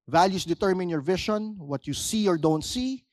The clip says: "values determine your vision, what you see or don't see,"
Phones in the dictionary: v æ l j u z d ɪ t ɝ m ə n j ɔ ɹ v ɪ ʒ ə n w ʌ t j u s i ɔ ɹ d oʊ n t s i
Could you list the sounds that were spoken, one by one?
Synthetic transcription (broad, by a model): v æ l j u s d ɪ t ɝ m ə n j ɔ ɹ v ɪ ʃ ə n w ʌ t j u s i ɔ ɹ d oʊ n t s i